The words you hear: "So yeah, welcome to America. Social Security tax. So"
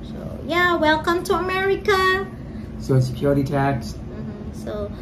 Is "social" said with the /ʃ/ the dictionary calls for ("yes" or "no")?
no